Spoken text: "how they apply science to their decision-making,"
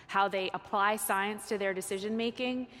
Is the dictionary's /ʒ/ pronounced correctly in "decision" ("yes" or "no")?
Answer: yes